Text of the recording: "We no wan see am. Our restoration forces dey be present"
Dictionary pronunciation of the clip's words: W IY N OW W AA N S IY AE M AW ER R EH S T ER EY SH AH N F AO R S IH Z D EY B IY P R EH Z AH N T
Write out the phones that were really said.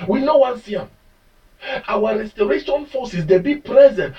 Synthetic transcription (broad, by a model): W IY N OW W AA N S IY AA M AW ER R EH S T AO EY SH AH N F AO S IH S D EY B IY P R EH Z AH N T